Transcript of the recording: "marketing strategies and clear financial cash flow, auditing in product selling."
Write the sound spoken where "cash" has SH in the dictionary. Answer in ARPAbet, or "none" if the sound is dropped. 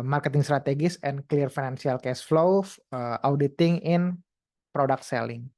S